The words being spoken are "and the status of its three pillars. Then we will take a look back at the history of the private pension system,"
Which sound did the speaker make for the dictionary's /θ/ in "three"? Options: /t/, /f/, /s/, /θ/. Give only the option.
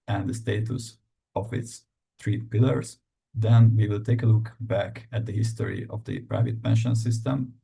/t/